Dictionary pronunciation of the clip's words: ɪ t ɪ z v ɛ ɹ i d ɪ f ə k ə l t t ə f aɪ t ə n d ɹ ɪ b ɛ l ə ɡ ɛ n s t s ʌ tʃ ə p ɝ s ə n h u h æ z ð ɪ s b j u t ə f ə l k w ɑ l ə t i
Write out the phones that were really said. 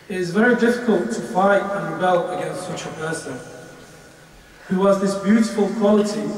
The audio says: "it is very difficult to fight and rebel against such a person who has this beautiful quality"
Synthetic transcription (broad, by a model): ɪ t ɪ z v ɛ ɹ i d ɪ f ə k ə l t t ə f aɪ t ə n ɹ ɪ b ɛ l ə ɡ ɛ n s t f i tʃ ə p ɝ s ə n h u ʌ z ð ɪ s b j u t ə f ə l k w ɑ l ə t i